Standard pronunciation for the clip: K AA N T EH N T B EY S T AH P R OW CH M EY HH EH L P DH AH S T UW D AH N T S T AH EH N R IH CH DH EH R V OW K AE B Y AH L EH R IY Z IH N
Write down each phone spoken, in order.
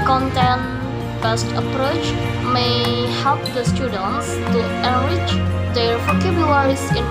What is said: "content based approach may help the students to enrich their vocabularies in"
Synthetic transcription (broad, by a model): K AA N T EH N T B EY S T AH P R OW CH M EY HH EH L P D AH S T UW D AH N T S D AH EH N W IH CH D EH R F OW K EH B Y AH EH R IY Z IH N